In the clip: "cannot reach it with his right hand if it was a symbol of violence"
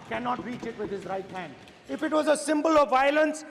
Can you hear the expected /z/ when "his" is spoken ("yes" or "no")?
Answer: yes